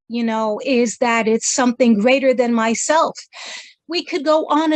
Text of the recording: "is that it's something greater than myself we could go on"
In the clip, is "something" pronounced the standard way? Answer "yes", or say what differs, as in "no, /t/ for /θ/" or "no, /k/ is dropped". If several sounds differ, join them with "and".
yes